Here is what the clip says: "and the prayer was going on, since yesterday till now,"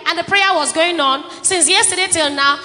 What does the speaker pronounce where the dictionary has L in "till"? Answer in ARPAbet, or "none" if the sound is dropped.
L